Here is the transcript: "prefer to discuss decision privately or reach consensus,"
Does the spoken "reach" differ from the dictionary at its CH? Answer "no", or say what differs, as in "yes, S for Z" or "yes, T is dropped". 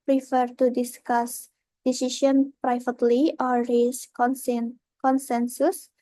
yes, S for CH